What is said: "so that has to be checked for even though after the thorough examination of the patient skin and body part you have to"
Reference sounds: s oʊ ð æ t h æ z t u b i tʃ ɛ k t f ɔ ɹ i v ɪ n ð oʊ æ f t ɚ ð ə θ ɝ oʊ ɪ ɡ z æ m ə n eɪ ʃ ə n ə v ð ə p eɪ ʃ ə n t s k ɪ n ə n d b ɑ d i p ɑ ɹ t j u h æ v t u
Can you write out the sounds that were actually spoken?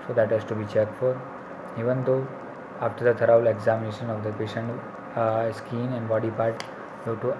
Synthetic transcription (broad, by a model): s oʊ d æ t h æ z t u b i tʃ ɛ k t f ɔ ɹ i v ɪ n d oʊ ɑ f t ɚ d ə t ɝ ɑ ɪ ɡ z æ m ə n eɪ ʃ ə n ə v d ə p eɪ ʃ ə n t s k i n ə n d b ɑ d i p ɑ ɹ t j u t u